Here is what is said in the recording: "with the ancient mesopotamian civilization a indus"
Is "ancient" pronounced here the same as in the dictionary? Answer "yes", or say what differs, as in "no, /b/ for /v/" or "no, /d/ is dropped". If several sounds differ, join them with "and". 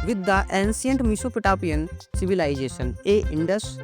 no, /s/ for /ʃ/